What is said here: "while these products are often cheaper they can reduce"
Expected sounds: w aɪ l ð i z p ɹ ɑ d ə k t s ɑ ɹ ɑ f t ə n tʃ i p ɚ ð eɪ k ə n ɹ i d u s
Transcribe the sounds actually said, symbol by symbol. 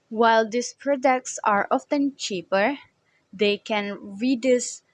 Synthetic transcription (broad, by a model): w aɪ l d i s p ɹ ɑ d ə k t s ɑ ɹ ɑ f t ə n tʃ i p ɚ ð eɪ k ə n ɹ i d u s